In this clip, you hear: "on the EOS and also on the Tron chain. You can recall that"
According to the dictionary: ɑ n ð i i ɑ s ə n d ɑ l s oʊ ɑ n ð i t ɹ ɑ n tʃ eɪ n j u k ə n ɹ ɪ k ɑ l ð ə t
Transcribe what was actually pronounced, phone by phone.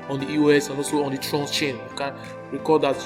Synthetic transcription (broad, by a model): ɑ n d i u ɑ s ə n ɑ s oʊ ɑ n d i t ɹ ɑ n tʃ eɪ n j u k ə n ɹ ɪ k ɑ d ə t